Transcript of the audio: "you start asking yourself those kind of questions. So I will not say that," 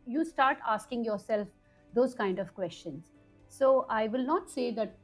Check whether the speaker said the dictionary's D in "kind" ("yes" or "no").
yes